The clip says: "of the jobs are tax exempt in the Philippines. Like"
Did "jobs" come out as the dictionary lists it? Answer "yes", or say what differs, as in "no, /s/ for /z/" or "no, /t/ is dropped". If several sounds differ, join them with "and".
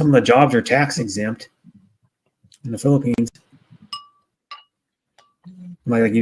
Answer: yes